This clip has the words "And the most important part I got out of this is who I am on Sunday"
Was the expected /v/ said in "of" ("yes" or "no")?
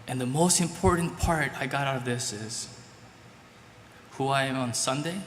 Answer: yes